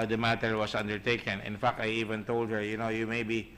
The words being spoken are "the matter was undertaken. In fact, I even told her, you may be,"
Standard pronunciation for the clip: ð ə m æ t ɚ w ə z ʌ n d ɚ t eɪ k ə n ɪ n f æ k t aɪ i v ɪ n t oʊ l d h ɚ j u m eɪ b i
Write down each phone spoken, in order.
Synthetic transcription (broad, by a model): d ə m æ t ɚ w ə s ʌ n d ɚ t eɪ k ə n ɪ n f æ k t aɪ i v ɪ n t oʊ l d h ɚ j u m eɪ b i